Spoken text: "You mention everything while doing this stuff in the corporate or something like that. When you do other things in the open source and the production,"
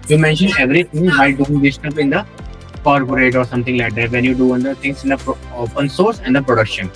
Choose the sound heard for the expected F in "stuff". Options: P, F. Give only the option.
P